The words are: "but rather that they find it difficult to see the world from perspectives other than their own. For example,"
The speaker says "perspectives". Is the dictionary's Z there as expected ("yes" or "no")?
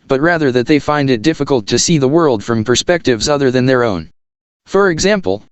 yes